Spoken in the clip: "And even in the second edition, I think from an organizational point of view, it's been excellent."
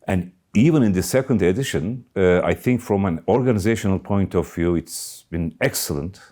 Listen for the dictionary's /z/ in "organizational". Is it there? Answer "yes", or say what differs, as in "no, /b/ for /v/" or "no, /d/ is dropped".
yes